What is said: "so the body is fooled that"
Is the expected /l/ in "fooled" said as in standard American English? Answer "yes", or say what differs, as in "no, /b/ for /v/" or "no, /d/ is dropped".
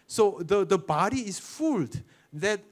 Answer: yes